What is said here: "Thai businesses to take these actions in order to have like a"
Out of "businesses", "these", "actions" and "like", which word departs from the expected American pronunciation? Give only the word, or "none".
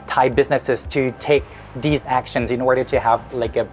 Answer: none